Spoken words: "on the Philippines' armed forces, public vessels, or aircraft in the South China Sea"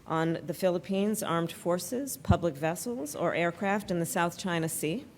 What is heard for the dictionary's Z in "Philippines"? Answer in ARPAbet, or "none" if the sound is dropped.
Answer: Z